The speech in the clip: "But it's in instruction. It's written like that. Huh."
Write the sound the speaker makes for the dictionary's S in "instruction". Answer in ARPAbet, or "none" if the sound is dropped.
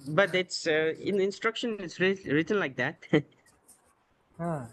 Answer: S